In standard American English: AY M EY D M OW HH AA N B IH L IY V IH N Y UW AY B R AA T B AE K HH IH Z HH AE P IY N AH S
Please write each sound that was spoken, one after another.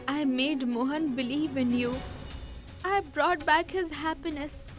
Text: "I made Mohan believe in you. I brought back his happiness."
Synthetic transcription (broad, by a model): AY M EY D M OW HH AA N B IH L IY V IH N Y UW AY B R AA T B AE K HH IH Z HH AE P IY N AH S